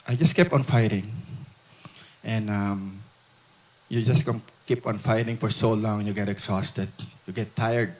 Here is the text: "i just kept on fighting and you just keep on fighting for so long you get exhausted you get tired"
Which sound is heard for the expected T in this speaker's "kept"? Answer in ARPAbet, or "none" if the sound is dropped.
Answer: none